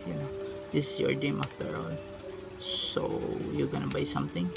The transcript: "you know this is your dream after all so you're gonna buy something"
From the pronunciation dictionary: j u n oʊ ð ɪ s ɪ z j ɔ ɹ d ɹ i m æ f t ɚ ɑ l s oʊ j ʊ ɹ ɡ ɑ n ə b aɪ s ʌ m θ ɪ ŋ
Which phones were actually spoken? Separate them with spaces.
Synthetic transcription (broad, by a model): j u n oʊ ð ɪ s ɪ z j ɔ ɹ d i m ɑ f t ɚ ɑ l s oʊ j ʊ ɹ ɡ ɑ n ə b aɪ s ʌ m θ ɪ ŋ